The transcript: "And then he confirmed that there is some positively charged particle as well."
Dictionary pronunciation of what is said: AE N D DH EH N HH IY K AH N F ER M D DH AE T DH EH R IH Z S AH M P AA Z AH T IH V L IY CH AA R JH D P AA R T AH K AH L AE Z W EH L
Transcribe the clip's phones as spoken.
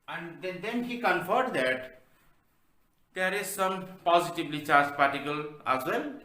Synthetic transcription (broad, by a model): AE N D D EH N HH IY K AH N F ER D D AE T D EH R IH Z S AH M P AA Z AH T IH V L IY CH AA R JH P AA R T AH K AH L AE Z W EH L